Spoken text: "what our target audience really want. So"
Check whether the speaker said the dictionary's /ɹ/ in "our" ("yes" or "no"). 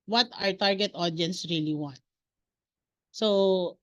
yes